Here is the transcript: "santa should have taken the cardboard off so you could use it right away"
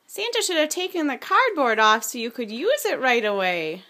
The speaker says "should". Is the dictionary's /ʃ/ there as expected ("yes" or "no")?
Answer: yes